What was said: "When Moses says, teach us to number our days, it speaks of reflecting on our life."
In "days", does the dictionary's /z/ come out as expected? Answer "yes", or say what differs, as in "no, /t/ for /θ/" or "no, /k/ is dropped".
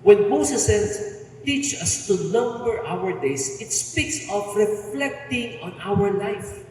no, /s/ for /z/